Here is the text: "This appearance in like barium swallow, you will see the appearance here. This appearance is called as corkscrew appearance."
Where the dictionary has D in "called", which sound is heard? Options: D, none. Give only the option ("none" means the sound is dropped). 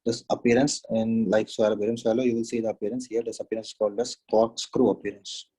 D